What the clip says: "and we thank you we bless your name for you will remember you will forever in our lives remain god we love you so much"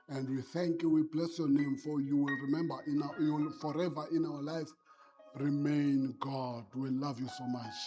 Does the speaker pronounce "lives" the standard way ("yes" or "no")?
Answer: no